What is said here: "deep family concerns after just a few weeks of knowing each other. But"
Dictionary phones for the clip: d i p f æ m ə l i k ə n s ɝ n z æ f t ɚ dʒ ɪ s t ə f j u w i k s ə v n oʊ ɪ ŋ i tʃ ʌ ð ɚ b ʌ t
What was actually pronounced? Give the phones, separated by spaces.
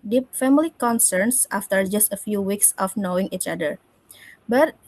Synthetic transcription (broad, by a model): d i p f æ m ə l i k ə n s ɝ n s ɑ f t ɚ dʒ ɪ s t ə f j u w i k s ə f n oʊ ɪ ŋ i tʃ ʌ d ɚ b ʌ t